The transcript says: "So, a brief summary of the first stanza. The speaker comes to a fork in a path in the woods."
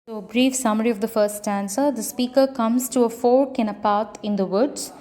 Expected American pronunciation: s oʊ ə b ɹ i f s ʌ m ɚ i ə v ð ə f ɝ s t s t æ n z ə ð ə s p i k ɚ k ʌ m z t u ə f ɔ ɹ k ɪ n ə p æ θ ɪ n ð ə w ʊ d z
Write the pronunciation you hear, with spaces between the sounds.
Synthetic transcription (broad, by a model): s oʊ ə b ɹ i f s ʌ m ɚ i ə v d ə f ɝ s t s t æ n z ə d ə s p i k ɚ k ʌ m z t u ə f ɔ ɹ k ɪ n ə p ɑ t ɪ n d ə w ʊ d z